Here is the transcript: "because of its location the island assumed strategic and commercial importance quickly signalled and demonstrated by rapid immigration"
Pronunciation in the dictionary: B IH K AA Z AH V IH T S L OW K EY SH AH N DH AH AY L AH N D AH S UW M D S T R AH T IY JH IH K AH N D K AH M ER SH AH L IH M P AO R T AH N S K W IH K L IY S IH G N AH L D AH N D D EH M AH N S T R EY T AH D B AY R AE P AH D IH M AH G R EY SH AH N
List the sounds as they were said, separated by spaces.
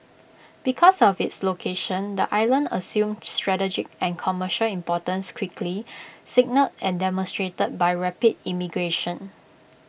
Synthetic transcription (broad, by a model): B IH K AA S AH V IH T S L OW K EY SH AH N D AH AY L AH N D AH S UW M S T R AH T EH JH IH K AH N K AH M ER SH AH L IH M P AO T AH N S K W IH K L IY S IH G N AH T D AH N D D EH M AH N S T R EY T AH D B AY R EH P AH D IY M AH G R EY SH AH N